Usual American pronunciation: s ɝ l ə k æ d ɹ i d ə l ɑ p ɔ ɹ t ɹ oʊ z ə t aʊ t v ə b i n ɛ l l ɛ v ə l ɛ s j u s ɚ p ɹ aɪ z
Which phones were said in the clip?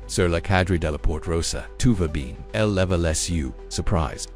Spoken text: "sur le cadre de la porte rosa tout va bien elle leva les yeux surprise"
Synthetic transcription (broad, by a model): s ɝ l ə k æ d ɹ i d ə l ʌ p ɔ ɹ t ɹ oʊ s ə t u v ə b i n ɛ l l ɛ v ə l ɛ s j u s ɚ p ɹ aɪ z